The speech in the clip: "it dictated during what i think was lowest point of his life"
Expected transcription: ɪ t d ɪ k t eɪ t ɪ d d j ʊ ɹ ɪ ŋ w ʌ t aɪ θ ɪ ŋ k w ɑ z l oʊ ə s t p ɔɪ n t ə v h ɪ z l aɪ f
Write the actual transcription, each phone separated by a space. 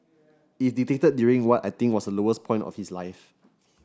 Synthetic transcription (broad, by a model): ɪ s d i t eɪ t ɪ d d j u ɹ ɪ ŋ w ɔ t aɪ t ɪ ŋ k w ɑ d l oʊ ə s p ɔɪ n t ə f h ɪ s l aɪ f